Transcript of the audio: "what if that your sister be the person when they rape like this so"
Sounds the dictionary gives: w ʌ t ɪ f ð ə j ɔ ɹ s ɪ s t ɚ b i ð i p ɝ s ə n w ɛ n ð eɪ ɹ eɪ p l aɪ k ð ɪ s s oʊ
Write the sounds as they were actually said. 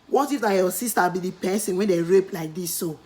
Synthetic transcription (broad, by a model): w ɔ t ɪ f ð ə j ɔ s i s t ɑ b i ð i p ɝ s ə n w ɛ n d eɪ ɹ eɪ p l aɪ k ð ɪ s s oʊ